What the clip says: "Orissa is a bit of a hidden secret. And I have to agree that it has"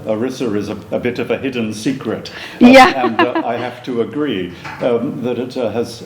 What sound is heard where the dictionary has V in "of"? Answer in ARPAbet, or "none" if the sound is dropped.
V